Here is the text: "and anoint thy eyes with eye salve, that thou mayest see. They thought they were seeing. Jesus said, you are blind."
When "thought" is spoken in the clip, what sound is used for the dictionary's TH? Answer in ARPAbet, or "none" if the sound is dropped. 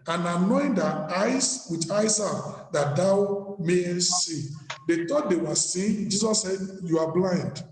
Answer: T